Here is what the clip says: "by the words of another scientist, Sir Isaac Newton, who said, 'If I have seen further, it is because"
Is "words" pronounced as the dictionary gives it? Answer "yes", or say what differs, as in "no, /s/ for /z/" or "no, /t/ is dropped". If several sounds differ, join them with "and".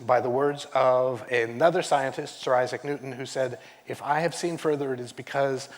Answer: yes